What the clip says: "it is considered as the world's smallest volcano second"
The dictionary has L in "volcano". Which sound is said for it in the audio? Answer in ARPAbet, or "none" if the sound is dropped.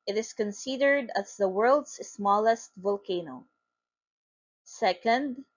L